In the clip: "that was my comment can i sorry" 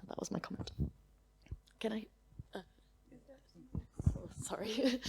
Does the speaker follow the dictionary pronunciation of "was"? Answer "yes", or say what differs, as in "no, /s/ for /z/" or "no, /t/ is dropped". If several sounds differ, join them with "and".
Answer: yes